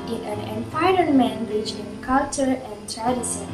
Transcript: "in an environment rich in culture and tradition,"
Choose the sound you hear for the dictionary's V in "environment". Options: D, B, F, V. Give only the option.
F